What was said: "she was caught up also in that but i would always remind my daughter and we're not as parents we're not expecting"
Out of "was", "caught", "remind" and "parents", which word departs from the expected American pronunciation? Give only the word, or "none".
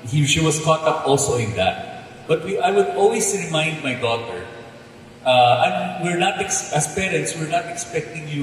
was